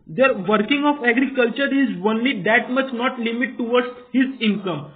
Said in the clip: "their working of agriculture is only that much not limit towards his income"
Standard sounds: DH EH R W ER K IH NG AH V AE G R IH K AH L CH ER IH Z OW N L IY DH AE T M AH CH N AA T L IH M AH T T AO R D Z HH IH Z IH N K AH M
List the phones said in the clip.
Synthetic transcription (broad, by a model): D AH R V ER K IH NG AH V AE G R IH K AH L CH ER IH Z OW N L IY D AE T M AH CH N AA T L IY M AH T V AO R D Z HH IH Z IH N K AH M